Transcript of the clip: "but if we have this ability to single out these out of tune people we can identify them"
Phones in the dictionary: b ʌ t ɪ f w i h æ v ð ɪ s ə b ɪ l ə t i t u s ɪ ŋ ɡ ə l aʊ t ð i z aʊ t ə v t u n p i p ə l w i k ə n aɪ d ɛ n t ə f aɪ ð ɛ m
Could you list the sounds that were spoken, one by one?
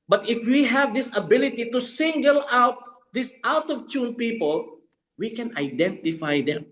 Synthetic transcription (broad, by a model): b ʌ t ɪ f w i h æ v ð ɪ s ə b ɪ l ə t i t u s ɪ ŋ ɡ ə l aʊ t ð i s aʊ t ə v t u n p i p ə l w i k ə n aɪ d ɛ n t ə f aɪ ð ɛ m